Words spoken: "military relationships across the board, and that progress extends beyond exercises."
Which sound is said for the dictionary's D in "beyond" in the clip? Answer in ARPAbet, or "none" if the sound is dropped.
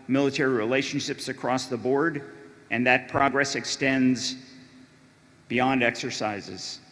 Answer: D